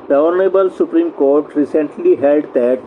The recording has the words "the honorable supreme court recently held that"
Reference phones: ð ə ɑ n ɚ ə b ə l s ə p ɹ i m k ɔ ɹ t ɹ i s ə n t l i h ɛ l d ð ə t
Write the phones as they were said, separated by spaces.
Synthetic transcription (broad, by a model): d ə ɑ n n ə b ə l s ə p ɹ i m k ɔ ɹ t ɹ i s ə n t l i h ɛ l d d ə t